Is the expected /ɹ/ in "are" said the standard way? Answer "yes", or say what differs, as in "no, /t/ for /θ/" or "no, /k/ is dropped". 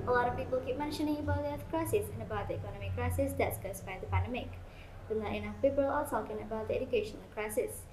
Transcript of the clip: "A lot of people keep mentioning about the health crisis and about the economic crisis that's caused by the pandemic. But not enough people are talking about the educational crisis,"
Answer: no, /l/ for /ɹ/